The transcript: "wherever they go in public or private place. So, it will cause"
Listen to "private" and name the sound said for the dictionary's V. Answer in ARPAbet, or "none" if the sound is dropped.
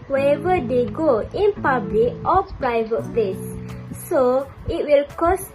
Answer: V